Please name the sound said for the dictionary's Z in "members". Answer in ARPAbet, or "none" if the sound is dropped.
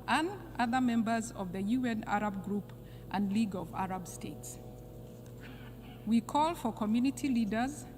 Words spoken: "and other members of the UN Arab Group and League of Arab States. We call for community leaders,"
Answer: Z